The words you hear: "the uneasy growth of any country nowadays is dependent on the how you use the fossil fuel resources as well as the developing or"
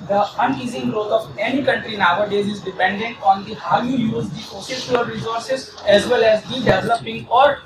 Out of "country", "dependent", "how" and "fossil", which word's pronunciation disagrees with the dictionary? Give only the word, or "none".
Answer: fossil